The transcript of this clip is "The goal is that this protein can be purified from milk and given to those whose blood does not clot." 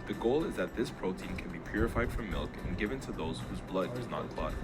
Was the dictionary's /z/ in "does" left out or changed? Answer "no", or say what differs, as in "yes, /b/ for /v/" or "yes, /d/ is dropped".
no